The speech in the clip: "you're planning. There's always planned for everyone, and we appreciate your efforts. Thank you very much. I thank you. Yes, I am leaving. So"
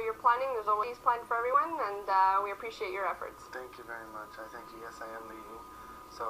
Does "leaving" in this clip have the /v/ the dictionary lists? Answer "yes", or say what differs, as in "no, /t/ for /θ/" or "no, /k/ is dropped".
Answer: no, /v/ is dropped